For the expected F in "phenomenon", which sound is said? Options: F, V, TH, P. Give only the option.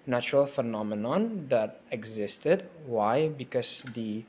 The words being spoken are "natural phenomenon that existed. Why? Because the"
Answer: F